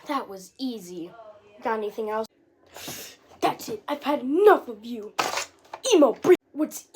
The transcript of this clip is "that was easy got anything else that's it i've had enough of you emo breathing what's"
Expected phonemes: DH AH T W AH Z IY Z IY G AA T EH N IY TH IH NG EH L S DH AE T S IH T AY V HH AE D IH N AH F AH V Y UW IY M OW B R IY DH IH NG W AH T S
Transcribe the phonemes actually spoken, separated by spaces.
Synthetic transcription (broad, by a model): DH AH T W AH Z IY Z IY G AA T EH N IY TH IH NG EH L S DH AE T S IH T AY V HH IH D IH N AH F AH V Y UW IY M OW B R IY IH W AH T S